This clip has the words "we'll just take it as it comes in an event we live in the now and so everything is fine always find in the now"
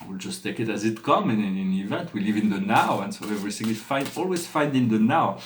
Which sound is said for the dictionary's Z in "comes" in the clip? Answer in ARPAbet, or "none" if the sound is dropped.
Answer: none